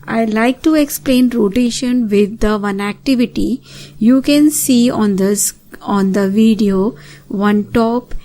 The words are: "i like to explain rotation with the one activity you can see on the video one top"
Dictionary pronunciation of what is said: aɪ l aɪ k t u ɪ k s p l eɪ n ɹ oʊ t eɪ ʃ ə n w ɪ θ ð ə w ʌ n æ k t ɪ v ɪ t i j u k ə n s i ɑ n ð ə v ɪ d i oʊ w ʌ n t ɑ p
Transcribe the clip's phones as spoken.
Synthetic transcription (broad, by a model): aɪ l aɪ k t u ɪ k s p l eɪ n ɹ oʊ t eɪ ʃ ə n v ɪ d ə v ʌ n æ k t ɪ v ɪ t i j u k ə n s i ɑ n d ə v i d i oʊ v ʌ n t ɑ p